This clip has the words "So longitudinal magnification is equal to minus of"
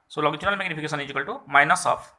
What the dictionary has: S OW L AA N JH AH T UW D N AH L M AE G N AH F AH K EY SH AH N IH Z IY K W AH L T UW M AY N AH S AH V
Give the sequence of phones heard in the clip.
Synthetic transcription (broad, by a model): S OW L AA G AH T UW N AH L M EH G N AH P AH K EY S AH N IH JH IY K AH L T UW M AY N AH S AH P